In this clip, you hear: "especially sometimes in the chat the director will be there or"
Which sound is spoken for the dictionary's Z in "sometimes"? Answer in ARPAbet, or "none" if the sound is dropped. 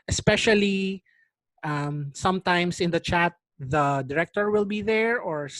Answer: S